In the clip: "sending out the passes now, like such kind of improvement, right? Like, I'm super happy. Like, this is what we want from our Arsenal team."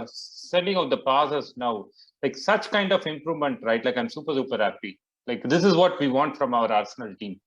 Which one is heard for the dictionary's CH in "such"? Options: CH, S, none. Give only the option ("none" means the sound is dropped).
CH